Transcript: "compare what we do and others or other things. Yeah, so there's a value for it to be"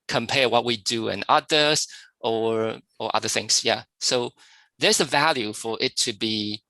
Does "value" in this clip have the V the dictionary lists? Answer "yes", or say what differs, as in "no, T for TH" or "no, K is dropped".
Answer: yes